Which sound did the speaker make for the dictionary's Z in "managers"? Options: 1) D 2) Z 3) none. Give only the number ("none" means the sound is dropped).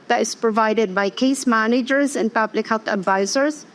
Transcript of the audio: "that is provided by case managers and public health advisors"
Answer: 2